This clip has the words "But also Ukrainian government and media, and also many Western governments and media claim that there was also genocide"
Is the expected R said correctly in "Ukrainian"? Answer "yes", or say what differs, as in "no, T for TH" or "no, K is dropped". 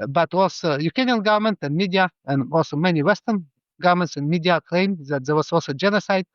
no, R is dropped